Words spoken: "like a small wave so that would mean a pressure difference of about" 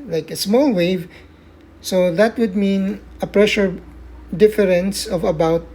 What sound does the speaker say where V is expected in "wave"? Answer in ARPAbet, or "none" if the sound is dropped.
V